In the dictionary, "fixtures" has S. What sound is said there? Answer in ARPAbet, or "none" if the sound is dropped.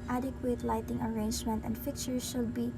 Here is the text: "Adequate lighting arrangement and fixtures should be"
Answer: none